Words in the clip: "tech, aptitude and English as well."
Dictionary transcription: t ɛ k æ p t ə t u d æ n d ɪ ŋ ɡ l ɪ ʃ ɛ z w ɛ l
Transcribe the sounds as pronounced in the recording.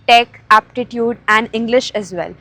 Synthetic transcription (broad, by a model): t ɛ k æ p t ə t u d æ n d ɪ ŋ ɡ l ɪ ʃ ɛ z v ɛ l